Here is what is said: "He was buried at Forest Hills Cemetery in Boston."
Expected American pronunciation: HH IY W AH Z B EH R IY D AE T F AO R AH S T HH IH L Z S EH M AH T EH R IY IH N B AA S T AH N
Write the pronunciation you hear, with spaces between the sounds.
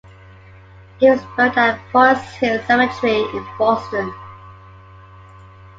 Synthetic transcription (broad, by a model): HH IY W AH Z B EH IY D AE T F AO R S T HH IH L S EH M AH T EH R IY IH N B AA S T AH N